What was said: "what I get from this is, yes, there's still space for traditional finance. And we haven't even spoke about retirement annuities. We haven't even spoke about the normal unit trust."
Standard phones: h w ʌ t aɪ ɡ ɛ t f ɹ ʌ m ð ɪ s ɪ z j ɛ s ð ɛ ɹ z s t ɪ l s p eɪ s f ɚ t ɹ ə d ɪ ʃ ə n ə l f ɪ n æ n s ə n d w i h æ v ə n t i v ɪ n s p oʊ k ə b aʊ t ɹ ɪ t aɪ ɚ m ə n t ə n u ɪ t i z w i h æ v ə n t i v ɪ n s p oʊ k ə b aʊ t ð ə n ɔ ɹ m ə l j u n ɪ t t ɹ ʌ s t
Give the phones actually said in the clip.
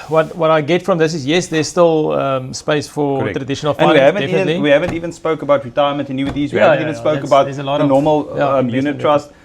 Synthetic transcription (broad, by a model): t w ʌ t aɪ ɡ ɛ t f ɹ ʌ m ð ɪ s ɪ z j ɛ s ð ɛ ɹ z s t ɪ l s p eɪ s f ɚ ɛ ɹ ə d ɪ ʃ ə n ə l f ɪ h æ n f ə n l w i h æ v ə n t i v ɪ n s p oʊ k ə b aʊ t ɹ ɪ t aɪ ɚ m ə n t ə n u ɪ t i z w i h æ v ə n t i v n s p oʊ k ə b aʊ t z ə l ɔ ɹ m ə l j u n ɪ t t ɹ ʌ s t